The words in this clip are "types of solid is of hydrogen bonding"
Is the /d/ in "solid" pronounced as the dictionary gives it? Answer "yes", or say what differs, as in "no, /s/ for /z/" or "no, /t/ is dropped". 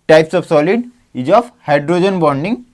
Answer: yes